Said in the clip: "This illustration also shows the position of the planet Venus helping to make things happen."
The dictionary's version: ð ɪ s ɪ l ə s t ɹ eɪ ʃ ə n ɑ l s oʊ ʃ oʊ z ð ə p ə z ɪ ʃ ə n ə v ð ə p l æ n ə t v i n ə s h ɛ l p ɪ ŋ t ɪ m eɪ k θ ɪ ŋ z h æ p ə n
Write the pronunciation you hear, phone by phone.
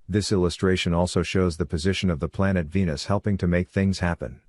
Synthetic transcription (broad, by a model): ð ɪ s ɪ l ə s t ɹ eɪ ʃ ə n ɑ l s oʊ ʃ oʊ z ð ə p ə z ɪ ʃ ə n ə v ð ə p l æ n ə t v i n ə s h ɛ l p ɪ ŋ t ɪ m eɪ k θ ɪ ŋ z h æ p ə n